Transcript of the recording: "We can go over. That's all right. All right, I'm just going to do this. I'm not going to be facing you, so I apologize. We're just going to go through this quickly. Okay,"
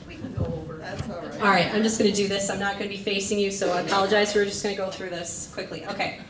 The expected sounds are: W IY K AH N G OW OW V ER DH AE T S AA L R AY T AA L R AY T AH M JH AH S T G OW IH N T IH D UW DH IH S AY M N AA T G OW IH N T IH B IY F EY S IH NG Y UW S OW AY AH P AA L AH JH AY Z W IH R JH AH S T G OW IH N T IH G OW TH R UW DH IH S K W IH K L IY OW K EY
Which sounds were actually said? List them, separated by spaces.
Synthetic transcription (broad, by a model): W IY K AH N G OW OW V ER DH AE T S AA L R AY T AA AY AH M JH AH S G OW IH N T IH D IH DH IH S AY M N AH T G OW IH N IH B IY F EY S IH NG Y UW S OW AH P AA L AH JH AY Z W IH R JH AH S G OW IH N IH G OW TH R UW DH IH S K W IH K L IY OW K EY